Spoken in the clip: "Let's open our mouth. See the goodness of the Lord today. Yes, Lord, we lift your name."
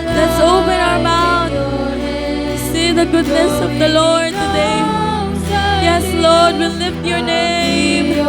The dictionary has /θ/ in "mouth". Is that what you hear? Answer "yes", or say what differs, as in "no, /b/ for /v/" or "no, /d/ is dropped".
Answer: no, /t/ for /θ/